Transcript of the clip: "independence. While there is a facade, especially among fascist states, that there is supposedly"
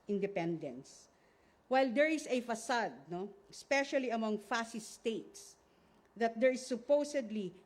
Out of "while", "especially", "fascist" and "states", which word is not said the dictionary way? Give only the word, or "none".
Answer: fascist